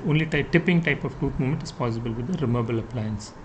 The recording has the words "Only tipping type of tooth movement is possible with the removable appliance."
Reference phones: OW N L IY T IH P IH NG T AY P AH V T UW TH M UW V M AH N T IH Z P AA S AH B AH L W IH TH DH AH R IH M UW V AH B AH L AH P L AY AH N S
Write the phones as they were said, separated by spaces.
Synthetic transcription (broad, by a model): OW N L IY T IH P IH NG T AY P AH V T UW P M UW M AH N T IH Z P AA S AH B AH L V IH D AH R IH M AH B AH L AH P L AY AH N S